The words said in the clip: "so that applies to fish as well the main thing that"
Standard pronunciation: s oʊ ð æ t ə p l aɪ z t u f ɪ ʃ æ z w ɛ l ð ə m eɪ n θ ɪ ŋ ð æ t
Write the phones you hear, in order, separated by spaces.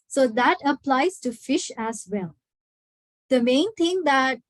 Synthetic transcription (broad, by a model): s oʊ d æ t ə p l aɪ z t u f ɪ ʃ æ z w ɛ l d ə m eɪ n t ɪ ŋ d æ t